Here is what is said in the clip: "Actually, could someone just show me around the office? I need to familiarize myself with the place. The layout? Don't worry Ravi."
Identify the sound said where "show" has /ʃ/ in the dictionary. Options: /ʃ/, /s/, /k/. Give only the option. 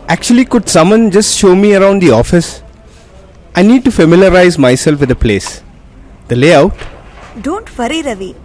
/ʃ/